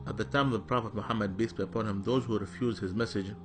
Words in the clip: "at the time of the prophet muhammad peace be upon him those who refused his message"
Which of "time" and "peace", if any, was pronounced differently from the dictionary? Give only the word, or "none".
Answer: peace